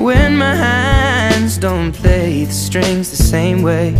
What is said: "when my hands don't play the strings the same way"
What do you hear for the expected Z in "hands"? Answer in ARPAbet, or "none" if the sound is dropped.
Z